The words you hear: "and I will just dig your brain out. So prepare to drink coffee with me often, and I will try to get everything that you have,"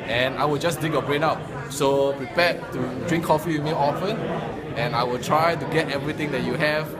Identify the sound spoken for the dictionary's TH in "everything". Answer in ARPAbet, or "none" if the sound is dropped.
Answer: T